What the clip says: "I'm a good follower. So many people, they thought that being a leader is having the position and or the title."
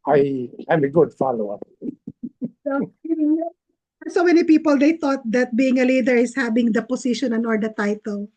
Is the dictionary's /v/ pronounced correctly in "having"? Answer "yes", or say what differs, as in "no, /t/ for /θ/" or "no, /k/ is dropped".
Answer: no, /b/ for /v/